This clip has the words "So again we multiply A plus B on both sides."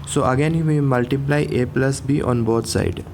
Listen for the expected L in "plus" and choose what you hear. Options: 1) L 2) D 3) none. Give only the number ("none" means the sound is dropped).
1